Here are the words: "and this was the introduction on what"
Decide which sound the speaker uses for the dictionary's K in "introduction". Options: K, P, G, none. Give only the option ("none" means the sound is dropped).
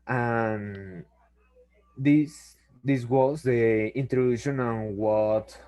none